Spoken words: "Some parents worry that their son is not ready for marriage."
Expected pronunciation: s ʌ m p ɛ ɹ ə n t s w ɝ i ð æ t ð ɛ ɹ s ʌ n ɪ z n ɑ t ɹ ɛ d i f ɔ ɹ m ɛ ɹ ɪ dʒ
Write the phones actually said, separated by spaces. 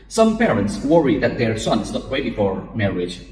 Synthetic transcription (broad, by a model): s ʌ m p ɛ ɹ ə n t s w ɝ i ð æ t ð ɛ ɹ s ʌ n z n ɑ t w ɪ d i f ɔ ɹ m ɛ ɹ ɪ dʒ